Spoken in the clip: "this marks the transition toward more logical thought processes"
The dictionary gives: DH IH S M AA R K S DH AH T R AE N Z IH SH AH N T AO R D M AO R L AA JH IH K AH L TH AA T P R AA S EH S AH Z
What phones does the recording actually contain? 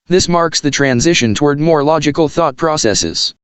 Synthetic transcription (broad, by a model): DH IH S M AA R K S DH AH T R AE N Z IH SH AH N T AO R D M AO R L AA JH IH K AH L TH AA T P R AA S EH S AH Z